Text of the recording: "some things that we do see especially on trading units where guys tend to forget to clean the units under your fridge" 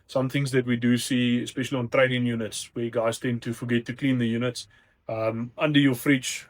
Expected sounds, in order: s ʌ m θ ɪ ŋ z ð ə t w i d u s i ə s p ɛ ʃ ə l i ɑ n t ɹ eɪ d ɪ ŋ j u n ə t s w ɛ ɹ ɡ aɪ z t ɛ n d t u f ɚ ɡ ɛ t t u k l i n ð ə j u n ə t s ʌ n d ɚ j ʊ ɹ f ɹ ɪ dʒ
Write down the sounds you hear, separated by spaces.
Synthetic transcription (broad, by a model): s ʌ m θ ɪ ŋ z ð ə t w i d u s i ə s p ɛ ʃ ə l i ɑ n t ɹ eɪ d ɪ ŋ j u n ə t s w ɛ ɡ aɪ z t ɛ n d t u f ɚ ɡ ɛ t t u k l i n ð ə j u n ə t s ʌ n d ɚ j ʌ f ɹ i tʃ